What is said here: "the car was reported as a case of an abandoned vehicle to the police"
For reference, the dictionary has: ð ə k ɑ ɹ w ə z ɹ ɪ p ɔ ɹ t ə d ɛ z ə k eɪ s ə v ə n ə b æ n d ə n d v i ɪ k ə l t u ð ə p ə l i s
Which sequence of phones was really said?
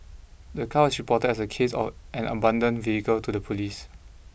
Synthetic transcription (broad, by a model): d ə k ɑ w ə s ɹ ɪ p ɔ t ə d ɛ s ə k eɪ s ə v ə n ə b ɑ n d ə n v i ɪ k ə l t u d ə p ə l i s